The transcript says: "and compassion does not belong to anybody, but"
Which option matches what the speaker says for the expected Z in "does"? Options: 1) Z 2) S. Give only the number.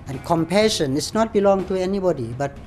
2